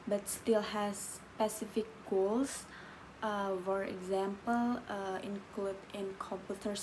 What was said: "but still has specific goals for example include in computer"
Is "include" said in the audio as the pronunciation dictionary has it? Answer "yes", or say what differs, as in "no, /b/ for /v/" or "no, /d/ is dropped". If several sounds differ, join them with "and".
yes